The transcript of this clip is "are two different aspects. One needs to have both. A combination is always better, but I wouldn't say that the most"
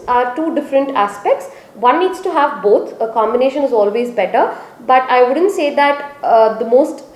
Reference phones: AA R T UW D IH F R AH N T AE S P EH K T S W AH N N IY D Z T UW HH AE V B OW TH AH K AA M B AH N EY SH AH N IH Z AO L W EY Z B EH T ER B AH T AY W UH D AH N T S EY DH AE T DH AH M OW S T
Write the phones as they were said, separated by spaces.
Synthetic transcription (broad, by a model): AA R T UW D IH F R AH N T AE S P EH K T S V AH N N IY D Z T UW HH AE V B OW T AH K AA M B AH N EY SH AH N IH Z AO L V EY Z B EH T ER B AH T AY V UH D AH N T S EY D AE T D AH M OW S T